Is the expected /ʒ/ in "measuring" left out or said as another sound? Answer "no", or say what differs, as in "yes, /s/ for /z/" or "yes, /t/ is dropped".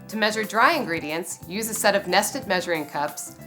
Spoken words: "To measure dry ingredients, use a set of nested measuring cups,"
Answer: no